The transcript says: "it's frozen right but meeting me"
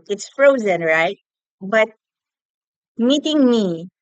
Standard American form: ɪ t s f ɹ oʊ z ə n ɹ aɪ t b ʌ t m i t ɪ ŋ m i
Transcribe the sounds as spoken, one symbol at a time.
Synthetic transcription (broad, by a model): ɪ t s f ɹ oʊ z ə n ɹ aɪ t b ʌ t m i t ɪ ŋ m i